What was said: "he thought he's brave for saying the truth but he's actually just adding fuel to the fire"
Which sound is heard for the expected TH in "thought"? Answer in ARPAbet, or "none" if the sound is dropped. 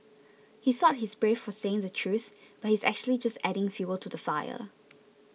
S